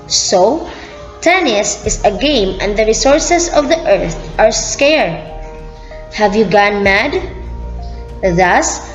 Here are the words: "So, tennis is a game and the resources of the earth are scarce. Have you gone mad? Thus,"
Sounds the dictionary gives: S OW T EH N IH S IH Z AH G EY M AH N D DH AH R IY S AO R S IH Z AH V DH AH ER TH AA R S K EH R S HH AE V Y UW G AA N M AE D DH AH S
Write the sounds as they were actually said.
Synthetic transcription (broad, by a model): S OW T EH N IH S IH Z AH G EY M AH N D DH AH R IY S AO R S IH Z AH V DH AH ER TH AA R S K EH R HH AE V Y UW G AA N M AE D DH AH S